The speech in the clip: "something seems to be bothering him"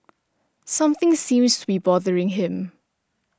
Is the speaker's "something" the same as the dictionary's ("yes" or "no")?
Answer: yes